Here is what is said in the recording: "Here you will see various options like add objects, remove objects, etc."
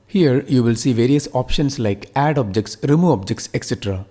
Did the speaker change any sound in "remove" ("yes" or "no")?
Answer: yes